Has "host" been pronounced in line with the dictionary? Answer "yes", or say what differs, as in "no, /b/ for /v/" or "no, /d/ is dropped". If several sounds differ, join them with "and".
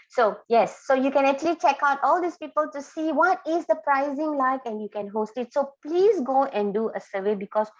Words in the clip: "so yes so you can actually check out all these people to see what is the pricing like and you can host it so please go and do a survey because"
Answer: yes